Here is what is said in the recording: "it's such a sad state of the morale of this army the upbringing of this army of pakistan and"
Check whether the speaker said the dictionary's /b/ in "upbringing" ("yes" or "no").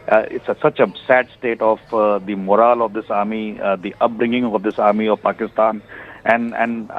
yes